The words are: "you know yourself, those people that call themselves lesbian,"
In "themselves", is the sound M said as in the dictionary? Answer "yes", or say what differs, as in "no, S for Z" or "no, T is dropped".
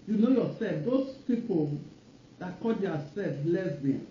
no, M is dropped